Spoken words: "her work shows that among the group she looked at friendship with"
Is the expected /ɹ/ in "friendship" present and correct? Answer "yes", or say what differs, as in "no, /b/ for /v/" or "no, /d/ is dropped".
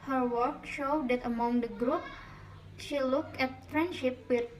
yes